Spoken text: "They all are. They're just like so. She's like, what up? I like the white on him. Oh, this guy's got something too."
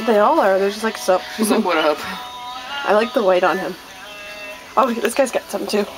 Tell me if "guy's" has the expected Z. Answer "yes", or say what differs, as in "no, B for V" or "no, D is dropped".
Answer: yes